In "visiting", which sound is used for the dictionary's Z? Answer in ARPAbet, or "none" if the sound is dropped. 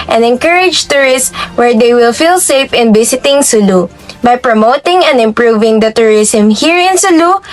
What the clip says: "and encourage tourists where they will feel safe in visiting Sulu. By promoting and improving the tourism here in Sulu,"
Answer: S